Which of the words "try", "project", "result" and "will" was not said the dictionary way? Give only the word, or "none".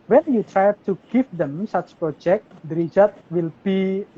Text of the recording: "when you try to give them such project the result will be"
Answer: result